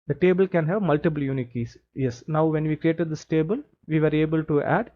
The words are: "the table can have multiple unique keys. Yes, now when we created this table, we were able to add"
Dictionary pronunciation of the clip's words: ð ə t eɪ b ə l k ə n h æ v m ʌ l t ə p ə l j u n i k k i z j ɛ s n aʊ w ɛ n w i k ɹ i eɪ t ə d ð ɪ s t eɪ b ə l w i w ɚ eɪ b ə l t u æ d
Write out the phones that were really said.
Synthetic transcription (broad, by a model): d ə t eɪ b ə l k ə n h æ v m ʌ l t ə p ə l j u n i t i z j ɛ s n aʊ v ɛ n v i k ɹ i eɪ t ə d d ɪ s t eɪ b ə l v i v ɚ eɪ b ə l t u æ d